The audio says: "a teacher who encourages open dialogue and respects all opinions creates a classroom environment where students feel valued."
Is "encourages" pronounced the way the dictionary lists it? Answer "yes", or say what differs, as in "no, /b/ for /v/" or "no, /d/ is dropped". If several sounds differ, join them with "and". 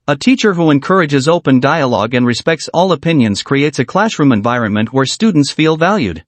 yes